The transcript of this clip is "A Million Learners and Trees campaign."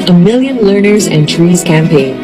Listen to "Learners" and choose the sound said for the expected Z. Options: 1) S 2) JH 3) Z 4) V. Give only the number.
3